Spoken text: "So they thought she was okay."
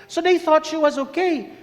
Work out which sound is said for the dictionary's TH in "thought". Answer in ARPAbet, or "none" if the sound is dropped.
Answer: TH